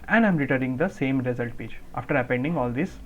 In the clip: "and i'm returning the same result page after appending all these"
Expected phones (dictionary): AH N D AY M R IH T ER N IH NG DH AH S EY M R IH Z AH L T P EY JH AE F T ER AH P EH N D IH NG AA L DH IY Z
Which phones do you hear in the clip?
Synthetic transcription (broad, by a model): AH N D AY M R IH T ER IH NG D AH S EY M R IH Z AH L T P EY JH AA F T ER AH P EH N D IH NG AA L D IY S